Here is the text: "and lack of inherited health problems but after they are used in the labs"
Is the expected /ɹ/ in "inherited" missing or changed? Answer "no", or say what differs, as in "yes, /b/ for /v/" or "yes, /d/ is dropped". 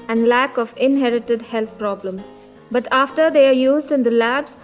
no